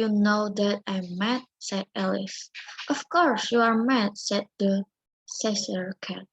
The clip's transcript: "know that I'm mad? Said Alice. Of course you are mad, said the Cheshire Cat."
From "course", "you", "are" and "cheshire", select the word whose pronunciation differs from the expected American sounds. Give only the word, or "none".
cheshire